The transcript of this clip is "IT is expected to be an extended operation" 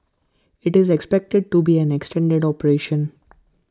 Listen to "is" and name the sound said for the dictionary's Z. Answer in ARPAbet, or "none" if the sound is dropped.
Z